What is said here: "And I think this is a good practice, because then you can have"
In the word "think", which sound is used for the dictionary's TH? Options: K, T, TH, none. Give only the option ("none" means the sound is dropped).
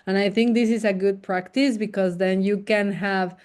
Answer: TH